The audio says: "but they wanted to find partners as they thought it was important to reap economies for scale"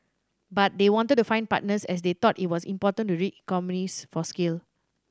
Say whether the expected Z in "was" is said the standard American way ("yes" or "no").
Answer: no